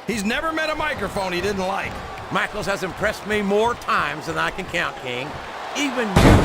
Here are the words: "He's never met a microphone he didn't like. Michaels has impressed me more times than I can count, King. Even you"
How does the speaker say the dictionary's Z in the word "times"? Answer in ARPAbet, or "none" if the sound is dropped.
Z